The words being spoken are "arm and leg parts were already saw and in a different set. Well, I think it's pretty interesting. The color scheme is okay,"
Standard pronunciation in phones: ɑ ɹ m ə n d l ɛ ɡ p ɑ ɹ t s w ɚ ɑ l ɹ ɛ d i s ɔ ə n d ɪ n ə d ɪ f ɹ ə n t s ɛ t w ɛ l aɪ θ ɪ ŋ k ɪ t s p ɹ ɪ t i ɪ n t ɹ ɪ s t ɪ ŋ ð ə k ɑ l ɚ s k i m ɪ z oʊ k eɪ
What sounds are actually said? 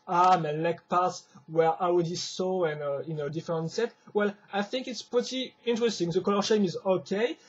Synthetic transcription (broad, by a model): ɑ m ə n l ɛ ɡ p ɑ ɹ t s w ɚ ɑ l w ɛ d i s ɔ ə n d ɪ n ə d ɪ f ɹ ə n t s ɛ t w ɛ l aɪ θ ɪ ŋ k ɪ t s p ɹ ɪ t i ɪ n t ɹ ɪ s t ɪ ŋ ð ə k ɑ l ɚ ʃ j m ɪ z oʊ k eɪ